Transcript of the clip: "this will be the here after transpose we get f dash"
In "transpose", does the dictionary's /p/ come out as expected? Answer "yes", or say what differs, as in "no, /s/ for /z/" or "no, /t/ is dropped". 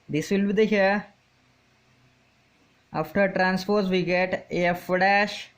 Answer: no, /f/ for /p/